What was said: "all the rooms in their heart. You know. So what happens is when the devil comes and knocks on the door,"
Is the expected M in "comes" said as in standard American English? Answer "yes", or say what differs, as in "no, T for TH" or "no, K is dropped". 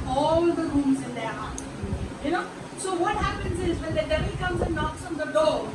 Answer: yes